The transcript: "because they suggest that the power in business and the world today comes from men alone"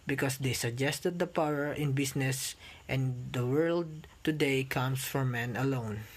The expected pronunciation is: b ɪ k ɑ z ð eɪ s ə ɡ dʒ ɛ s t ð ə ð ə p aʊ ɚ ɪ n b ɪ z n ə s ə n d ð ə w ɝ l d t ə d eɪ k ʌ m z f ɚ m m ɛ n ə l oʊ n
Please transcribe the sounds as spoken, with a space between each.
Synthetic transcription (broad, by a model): b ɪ k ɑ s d eɪ s ə ɡ dʒ ɛ s t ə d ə p aʊ ɚ ɪ n b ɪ s n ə s ə n d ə w ɝ l d t ə d eɪ k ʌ m s f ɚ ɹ m ɛ n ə l oʊ n